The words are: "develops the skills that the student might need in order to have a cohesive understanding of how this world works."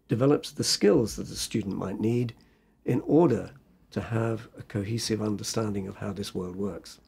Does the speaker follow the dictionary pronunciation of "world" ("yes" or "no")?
yes